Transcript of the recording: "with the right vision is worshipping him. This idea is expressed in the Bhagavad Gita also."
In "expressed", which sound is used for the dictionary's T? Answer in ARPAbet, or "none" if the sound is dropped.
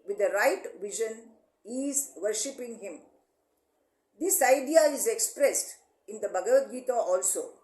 T